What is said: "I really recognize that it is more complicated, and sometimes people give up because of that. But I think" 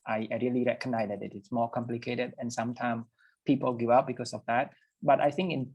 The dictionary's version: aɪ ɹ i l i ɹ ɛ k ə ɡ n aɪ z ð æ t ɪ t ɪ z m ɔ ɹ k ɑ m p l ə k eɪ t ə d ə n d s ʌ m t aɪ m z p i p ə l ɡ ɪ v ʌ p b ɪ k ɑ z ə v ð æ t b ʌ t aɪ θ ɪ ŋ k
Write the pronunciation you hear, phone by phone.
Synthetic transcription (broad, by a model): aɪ ɹ i l i ɹ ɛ k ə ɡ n aɪ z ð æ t ɪ t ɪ s m ɔ ɹ k ɑ m p l ə k eɪ t ə d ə n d s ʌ m t aɪ m s p i p ə l ɡ ɪ v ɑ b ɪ k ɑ s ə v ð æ t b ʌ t aɪ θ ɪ ŋ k